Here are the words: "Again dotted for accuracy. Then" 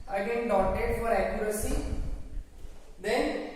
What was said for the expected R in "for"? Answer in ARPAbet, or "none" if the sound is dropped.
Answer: R